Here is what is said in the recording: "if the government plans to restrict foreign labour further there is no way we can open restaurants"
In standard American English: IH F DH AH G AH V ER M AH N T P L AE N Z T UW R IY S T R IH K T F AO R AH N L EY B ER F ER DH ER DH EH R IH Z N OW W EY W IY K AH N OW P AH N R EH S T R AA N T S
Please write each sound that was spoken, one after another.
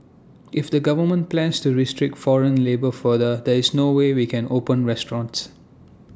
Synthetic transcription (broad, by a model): IH F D AH G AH V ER M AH N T P L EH N S T UW R IY S T R IH K T F AO R AH N L EY B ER F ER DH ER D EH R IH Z N OW W EY W IY K AH N OW P AH N R EH S T R AA N T S